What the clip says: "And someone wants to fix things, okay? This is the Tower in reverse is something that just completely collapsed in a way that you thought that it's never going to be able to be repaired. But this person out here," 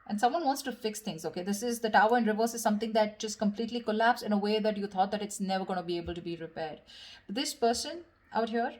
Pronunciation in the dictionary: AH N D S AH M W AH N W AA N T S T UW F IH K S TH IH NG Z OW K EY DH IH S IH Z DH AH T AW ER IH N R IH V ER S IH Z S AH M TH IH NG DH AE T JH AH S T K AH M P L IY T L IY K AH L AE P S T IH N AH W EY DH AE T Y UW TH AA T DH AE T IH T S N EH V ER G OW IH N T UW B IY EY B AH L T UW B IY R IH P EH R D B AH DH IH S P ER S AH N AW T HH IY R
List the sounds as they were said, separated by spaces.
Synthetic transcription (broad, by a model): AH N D S AH M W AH N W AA N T S T UW F IH K S T IH NG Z OW K EY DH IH S IH Z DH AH T AW ER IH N R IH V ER S IH Z S AH M T IH NG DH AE T JH AH S T K AH M P L IY T L IY K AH L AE P S IH N AH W EY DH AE T Y UW T AA T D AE T IH T S N EH V ER G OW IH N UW B IY EY B AH L T UW B IY R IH P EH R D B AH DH IH S P ER S AH N AW T HH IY R